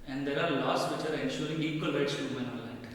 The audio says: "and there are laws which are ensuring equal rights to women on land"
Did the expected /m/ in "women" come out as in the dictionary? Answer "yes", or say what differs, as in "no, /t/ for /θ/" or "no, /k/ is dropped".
no, /m/ is dropped